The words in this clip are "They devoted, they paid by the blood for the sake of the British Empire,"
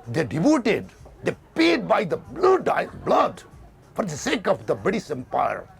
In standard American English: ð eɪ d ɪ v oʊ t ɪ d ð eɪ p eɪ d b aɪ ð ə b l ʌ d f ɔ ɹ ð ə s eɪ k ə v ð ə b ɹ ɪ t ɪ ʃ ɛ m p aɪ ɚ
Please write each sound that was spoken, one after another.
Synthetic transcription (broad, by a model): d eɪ d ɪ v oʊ t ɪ d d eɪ p eɪ d b aɪ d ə b l ʌ d f ɔ ɹ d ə s eɪ k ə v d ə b ɪ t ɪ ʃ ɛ m p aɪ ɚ